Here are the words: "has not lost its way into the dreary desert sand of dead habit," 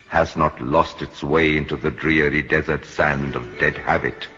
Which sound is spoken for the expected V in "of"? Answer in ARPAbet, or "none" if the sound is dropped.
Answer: V